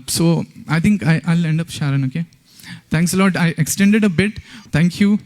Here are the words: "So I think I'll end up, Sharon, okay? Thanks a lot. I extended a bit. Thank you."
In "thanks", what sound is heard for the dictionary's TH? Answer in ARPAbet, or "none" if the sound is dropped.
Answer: T